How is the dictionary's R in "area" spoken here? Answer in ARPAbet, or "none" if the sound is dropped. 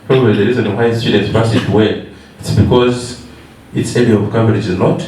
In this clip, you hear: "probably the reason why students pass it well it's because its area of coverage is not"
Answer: L